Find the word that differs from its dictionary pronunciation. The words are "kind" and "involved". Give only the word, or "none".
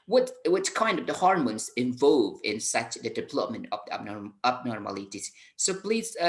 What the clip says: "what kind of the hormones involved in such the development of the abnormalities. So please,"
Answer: involved